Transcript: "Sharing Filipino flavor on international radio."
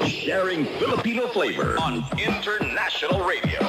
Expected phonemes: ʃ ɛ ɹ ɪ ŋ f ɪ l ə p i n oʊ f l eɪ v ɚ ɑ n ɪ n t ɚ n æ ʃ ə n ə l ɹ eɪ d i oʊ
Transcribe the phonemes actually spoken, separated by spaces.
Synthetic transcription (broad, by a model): ʃ ɛ ɹ ɪ ŋ f ɪ l ə p i n oʊ f l eɪ v ɚ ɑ n ɪ n t ɚ n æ ʃ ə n l ɹ eɪ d i oʊ